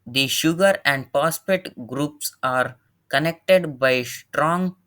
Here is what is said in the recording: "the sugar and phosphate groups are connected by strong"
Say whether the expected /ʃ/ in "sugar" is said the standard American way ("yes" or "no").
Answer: yes